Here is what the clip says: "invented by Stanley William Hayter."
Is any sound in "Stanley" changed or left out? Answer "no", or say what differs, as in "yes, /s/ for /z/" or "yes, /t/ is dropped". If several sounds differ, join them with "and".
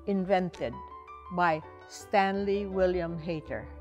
no